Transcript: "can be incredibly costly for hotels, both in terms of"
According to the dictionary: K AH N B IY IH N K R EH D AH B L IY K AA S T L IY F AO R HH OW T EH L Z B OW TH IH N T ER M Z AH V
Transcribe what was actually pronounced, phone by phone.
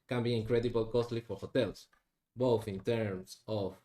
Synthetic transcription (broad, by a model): K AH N B IY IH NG K R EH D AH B L K AA S T L IY F AO R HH OW T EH L S B OW TH IH N T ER M S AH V